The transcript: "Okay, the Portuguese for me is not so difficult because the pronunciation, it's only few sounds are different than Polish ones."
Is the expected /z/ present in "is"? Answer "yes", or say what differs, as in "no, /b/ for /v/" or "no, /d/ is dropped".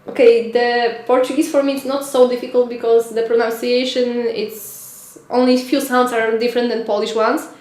no, /s/ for /z/